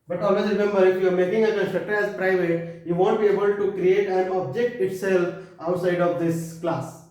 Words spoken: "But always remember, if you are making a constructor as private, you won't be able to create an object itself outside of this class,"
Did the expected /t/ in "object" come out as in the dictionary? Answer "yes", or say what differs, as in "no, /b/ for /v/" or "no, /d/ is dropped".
yes